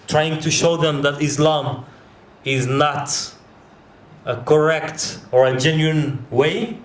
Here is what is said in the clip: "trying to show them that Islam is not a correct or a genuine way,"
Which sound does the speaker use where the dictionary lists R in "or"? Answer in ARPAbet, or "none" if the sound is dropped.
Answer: R